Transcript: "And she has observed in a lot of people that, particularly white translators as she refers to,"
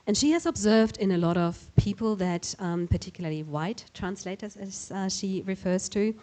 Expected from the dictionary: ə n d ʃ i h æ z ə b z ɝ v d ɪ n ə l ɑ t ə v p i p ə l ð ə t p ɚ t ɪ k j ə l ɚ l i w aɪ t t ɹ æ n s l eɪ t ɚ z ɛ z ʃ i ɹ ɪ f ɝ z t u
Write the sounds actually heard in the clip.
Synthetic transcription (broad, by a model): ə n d ʃ i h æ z ə b z ɝ v d ɪ n ə l ɑ t ə v p i p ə l ð ə t p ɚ t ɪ k j l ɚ l i w aɪ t t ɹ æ n s l eɪ t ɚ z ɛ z ʃ i ɹ ɪ f ɝ z t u